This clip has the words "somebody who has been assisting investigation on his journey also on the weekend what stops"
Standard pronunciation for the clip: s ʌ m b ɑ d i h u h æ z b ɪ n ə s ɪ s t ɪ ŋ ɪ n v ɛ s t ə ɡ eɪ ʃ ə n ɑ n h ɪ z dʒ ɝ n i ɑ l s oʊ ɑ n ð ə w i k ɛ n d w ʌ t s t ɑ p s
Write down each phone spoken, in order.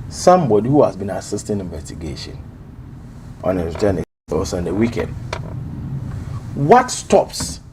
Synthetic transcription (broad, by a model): s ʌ m b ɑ d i h u h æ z b ɪ n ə s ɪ s t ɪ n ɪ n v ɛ s t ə ɡ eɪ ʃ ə n ɑ n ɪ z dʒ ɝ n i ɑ s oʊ ɑ n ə w i k ɛ n d w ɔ t s t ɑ p s